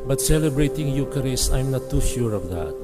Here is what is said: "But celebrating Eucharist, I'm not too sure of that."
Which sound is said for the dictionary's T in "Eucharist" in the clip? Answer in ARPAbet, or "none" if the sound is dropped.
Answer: none